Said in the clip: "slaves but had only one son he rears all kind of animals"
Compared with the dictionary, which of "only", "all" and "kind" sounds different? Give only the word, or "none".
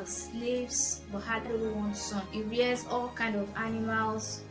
only